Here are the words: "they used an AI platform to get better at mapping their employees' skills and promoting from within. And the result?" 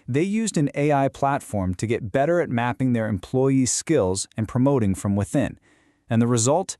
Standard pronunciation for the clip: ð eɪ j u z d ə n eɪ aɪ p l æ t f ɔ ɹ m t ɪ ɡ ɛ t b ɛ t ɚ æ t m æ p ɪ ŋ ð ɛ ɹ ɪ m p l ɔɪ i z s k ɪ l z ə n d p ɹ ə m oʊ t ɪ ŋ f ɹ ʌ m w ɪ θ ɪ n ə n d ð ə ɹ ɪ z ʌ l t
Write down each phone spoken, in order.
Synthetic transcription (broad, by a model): ð eɪ j u z d ə n eɪ aɪ p l æ t f ɔ ɹ m t ɪ ɡ ɛ t b ɛ t ɚ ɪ t m æ p ɪ ŋ ð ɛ ɹ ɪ m p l ɔɪ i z s k ɪ l z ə n p ɹ ə m oʊ t ɪ ŋ f ɹ ʌ m w ɪ θ ɪ n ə n ð ə ɹ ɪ z ʌ l t